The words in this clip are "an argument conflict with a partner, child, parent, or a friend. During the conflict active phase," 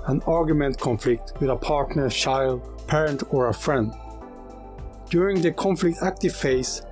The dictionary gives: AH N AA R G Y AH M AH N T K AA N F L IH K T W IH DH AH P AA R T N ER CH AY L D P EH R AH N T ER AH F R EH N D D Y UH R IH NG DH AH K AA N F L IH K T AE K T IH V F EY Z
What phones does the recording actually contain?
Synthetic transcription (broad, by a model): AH N AA R G Y AH M AH N T K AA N F L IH K T W IH DH AH P AA R T N ER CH AY L D P EH R AH N T ER AH F R EH N D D Y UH R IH NG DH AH K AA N F L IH K T AE K T IH V F EY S